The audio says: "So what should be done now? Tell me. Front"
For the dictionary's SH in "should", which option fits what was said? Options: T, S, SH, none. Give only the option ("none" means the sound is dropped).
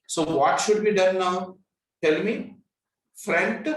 SH